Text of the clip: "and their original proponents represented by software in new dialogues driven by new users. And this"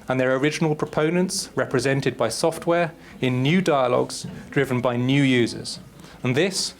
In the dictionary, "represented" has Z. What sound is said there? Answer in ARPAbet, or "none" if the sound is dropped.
Z